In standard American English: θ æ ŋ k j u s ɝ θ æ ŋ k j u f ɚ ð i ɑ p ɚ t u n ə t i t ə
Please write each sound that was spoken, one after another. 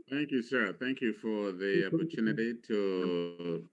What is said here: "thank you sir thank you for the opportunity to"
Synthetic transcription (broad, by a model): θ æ ŋ k j u s ɝ θ æ ŋ k j u f ɚ ð i ɑ p ɚ t u n ə t i t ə